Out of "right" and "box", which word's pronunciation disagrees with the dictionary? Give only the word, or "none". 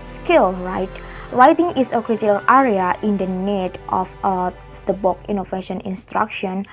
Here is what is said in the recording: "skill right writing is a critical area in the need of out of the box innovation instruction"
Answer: box